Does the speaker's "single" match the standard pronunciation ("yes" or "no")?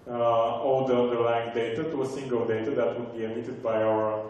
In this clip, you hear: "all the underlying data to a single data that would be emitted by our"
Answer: yes